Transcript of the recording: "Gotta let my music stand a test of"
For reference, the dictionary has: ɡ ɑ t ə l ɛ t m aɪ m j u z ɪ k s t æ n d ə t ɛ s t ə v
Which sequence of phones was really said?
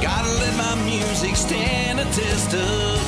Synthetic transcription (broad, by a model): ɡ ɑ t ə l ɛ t m aɪ m j u z ɪ k s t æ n ə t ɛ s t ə